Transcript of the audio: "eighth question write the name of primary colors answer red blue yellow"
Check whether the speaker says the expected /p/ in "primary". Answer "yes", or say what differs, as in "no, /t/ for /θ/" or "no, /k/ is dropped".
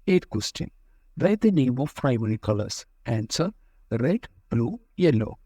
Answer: no, /f/ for /p/